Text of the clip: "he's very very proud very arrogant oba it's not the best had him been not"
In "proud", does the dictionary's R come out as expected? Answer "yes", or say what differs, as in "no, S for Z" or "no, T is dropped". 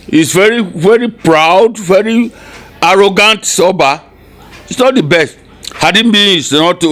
yes